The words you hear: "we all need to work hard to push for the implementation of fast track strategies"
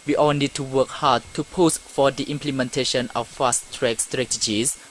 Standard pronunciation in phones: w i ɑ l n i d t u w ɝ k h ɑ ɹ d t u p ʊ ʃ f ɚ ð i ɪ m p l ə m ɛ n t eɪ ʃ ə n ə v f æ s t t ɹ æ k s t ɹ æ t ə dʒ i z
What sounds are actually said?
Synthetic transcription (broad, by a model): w i ɑ l n i d t u w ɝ k h ɑ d t u p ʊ s f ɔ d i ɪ m p l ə m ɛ n t eɪ ʃ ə n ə f f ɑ s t t ɹ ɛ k s t ɹ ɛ t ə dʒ i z